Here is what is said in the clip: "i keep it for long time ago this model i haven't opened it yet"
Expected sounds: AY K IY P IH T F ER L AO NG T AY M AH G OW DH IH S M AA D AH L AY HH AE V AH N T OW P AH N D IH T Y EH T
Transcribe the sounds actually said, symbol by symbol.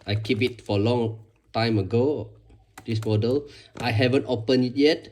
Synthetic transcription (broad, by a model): AY K IY P IH T F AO L AO NG T AY M AH G OW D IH S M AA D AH L AY HH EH V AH N T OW P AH N IH T Y EH T